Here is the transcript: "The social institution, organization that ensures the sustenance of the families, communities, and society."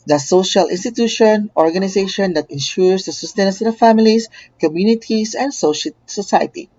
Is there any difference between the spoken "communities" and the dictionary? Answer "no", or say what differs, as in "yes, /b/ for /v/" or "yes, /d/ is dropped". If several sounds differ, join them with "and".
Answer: yes, /s/ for /z/